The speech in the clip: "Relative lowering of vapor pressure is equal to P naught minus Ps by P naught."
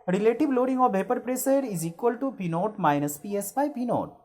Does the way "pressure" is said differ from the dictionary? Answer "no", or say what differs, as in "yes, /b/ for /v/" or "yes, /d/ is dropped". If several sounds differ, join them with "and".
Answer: yes, /s/ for /ʃ/